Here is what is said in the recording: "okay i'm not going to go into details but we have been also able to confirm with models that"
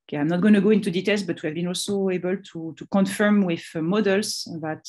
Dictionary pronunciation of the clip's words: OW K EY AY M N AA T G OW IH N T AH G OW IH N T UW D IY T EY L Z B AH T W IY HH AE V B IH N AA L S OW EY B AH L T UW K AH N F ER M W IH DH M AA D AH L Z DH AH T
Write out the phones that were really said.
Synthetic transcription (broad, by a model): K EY AY M N AA T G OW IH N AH G OW IH N T UW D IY T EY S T B AH T W IY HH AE V B IH N AA L S OW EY B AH L T UW K AH N F ER M W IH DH M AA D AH L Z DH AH T